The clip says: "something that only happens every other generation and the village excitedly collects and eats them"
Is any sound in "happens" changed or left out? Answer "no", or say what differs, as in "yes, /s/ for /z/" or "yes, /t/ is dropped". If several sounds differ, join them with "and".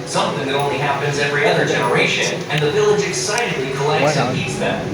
no